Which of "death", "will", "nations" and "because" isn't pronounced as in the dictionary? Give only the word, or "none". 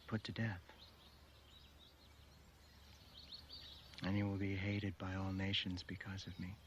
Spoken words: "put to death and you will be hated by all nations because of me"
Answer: none